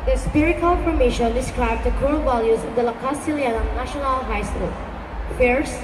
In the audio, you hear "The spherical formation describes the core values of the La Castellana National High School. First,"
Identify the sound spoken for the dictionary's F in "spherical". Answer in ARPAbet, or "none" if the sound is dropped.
P